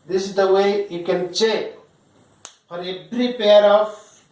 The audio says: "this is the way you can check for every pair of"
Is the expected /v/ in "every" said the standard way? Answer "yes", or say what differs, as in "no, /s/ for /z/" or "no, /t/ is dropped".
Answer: no, /p/ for /v/